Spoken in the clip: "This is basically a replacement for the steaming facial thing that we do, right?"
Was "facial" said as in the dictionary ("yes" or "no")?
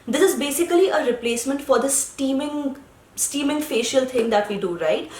yes